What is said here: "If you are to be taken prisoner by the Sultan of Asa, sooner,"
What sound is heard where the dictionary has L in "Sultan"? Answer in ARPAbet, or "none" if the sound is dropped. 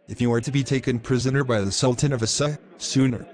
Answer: L